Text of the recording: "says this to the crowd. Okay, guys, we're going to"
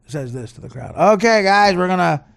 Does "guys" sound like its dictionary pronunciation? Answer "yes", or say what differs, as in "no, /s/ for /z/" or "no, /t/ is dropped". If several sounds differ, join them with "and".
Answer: yes